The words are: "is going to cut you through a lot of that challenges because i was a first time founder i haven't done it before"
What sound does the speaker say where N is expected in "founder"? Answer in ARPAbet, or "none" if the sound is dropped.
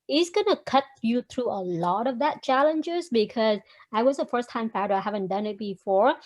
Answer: none